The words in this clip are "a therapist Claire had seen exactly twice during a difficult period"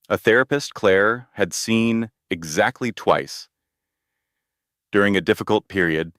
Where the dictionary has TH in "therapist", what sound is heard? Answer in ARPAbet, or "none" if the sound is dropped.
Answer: TH